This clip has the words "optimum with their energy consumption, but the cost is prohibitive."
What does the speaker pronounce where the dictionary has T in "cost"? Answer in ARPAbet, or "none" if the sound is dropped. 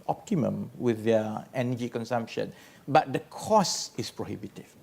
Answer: none